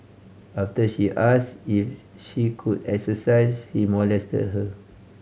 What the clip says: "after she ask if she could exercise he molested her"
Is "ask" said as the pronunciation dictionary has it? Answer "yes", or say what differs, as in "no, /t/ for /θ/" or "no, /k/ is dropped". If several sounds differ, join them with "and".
no, /k/ is dropped